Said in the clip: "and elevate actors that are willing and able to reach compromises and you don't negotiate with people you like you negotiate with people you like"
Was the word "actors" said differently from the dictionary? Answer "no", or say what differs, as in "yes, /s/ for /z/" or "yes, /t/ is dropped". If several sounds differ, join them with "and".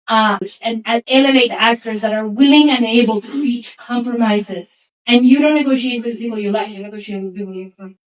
no